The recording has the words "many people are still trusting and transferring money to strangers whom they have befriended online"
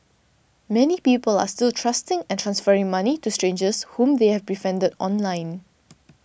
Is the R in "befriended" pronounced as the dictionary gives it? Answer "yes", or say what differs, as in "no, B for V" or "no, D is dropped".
no, R is dropped